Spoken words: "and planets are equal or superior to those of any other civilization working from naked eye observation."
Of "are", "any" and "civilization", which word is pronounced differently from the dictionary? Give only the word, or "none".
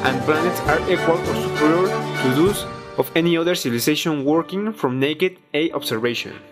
civilization